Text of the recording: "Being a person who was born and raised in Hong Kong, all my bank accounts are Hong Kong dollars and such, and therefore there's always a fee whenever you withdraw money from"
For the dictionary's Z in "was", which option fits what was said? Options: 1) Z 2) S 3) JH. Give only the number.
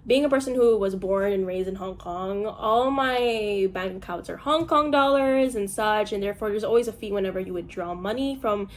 1